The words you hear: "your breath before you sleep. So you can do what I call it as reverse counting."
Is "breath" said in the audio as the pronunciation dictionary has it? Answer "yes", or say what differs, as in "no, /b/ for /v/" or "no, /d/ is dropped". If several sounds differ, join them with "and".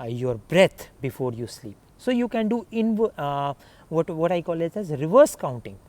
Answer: no, /t/ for /θ/